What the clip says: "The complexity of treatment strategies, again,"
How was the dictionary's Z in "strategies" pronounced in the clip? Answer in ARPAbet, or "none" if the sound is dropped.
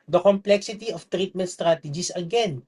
S